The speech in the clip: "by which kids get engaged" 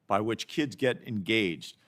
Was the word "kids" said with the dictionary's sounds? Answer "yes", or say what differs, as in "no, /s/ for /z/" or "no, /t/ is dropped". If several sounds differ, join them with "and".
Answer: yes